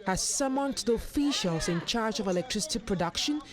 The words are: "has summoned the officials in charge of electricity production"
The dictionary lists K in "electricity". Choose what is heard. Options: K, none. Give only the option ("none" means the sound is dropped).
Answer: K